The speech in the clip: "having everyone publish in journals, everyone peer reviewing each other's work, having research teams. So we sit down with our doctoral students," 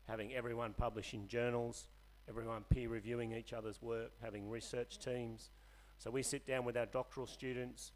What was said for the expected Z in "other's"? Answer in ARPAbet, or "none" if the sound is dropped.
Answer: Z